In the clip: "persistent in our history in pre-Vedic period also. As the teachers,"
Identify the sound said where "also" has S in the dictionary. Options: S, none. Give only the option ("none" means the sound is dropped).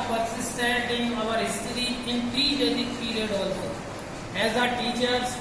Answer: none